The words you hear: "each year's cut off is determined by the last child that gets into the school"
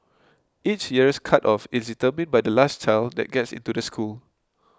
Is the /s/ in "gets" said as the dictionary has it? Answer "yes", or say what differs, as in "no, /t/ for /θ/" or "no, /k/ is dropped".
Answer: yes